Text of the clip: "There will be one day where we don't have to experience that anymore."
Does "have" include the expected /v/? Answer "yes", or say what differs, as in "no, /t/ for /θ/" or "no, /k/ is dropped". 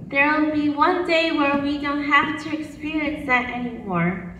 no, /f/ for /v/